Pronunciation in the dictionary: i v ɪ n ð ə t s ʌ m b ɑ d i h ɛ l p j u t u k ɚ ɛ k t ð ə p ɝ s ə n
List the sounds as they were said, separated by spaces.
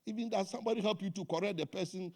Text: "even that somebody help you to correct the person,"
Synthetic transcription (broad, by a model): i v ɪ n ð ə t s ʌ m b ɑ d i h ɛ l p j u t u k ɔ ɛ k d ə p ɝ s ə n